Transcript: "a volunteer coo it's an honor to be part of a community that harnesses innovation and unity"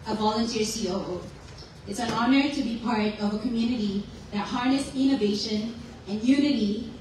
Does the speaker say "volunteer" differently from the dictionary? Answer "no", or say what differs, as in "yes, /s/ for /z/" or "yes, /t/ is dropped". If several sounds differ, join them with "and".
no